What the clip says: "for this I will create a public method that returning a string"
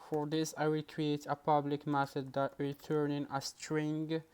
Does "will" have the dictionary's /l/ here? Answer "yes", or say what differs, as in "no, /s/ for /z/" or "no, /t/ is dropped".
yes